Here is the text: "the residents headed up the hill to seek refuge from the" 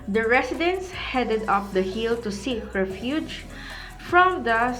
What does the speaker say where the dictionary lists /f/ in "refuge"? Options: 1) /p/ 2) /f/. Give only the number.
2